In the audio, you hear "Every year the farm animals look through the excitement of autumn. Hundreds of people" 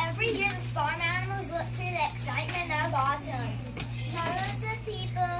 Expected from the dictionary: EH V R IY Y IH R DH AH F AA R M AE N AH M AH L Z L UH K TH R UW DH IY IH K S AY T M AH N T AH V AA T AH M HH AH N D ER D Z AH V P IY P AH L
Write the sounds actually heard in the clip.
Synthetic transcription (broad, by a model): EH V R IY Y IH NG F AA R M AE N AH M AH L Z W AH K T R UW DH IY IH K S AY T M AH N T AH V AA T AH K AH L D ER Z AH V P IY P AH L